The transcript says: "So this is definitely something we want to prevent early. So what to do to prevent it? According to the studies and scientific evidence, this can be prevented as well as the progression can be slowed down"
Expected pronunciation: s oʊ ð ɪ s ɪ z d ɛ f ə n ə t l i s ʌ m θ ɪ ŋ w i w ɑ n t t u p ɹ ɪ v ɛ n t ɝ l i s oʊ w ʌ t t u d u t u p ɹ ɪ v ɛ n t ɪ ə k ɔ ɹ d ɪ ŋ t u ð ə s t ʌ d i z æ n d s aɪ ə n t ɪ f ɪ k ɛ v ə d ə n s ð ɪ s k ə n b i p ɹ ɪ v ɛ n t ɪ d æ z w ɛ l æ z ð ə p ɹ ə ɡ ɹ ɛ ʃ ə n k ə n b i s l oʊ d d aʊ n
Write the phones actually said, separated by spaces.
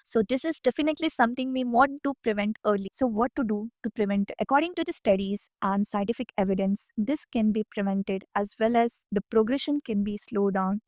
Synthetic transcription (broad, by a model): s oʊ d ɪ s ɪ z d ɛ f ə n ə t l i s ʌ m t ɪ ŋ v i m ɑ t t u p ɹ ɪ v ɛ n t ɝ l i s oʊ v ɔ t t u d u t u p ɹ ɪ v ɛ n t ə k ɔ ɹ d ɪ ŋ t u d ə s t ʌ d i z æ n d s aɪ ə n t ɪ f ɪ k ɛ v ə d ə n s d ɪ s k ə n b i p ɹ ɪ v ɛ n t ɪ d æ z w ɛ l æ z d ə p ɹ ə ɡ ɹ ɛ ʃ ə n k ə n b i s l oʊ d d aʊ n